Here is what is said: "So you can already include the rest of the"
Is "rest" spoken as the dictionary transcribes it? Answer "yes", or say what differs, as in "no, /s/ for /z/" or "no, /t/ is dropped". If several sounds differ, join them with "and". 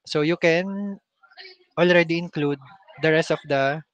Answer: yes